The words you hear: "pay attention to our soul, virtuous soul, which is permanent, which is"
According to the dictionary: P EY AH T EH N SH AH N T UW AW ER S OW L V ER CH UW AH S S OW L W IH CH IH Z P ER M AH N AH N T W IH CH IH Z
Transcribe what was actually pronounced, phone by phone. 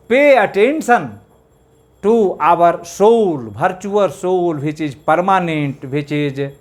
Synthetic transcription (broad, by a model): P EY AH T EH N S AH N T UW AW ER S OW L B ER CH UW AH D S OW L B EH CH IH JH P ER M AH N AH N T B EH CH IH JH